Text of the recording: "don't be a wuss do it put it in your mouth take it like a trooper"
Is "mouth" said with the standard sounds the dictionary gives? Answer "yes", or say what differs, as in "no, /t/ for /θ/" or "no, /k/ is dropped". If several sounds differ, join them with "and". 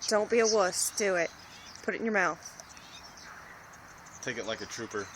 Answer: yes